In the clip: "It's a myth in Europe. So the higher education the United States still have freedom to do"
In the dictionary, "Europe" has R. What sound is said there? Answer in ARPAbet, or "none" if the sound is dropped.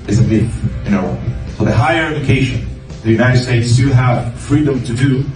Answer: none